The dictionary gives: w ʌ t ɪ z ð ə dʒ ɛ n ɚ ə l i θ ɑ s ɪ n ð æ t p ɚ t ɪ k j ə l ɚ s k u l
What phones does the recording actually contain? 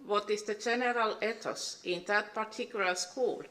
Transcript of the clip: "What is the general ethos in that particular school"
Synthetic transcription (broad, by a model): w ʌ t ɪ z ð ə dʒ ɛ n ɚ ə l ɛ t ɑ s ɪ n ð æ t p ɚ t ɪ k j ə l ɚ s k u l